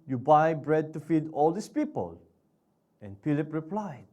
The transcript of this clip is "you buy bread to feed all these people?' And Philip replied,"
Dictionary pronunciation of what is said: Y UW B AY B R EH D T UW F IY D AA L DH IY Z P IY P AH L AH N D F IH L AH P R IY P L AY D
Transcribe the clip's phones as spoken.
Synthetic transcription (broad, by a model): Y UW B AY B R EH D T UW F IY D AA L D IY S P IY P AH L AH N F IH L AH P R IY P L AY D